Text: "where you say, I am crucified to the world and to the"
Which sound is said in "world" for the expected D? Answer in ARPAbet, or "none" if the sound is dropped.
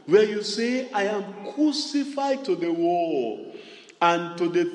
none